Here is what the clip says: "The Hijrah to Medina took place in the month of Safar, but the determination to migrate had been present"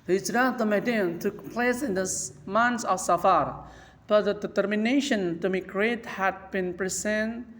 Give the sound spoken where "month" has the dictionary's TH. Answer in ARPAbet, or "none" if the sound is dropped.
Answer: S